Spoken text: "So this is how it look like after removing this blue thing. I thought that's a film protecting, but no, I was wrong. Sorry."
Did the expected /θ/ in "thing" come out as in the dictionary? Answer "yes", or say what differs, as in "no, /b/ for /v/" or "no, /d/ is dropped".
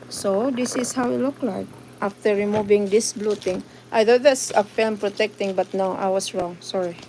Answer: no, /t/ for /θ/